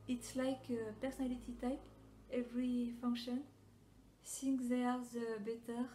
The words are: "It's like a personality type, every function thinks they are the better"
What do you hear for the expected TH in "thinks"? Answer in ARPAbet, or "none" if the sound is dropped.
S